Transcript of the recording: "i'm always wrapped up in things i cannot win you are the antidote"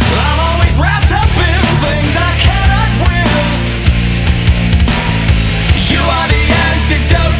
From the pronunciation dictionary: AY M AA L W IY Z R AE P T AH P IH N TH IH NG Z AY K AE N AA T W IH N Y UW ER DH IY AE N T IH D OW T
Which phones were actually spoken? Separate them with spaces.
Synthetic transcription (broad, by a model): AY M AA L W IY Z R AE P T AH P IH TH IH NG Z AY K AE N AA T W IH L Y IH ER DH IY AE N T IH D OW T